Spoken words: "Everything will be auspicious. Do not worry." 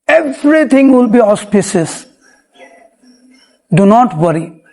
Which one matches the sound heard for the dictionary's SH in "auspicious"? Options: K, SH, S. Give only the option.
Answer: S